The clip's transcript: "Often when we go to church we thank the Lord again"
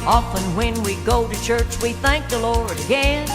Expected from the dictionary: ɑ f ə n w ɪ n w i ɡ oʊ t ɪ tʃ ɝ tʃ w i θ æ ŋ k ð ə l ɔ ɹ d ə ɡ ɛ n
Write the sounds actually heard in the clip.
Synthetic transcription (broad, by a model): ɑ f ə n w ɪ n w i ɡ oʊ t ɪ tʃ ɝ tʃ w i θ æ ŋ k ð ə l ɔ ɹ d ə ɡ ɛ n